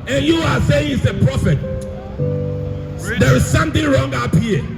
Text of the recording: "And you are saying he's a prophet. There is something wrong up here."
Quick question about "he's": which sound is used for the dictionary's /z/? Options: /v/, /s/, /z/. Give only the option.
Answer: /s/